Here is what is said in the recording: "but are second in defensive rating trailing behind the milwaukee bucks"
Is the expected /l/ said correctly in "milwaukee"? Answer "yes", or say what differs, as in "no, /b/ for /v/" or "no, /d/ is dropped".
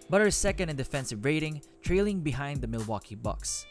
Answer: yes